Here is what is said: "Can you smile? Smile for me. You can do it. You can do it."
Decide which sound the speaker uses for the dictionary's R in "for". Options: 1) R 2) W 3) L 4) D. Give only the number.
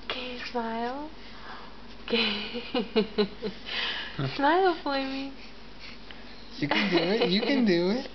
3